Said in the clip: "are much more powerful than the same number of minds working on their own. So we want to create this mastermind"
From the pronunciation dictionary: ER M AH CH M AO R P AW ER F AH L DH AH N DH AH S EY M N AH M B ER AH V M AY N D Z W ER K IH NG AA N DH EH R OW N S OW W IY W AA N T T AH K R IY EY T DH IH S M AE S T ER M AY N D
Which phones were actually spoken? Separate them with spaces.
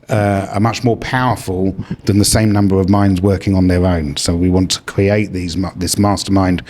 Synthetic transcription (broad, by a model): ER M AH CH M AO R P AW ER F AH L DH AH N DH AH S EY M N AH M B ER AH V M AY N D Z W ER K IH NG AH N DH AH R OW N S OW W IY W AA N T T AH K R IY EY T DH IH S M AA S T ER M AY N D